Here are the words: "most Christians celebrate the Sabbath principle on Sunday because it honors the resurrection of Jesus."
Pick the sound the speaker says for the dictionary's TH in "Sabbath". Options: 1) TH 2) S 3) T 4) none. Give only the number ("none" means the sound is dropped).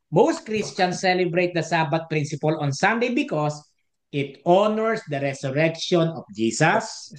3